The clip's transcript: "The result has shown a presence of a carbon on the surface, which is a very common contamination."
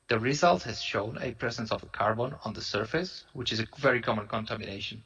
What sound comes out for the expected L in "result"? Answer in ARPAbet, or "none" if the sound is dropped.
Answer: L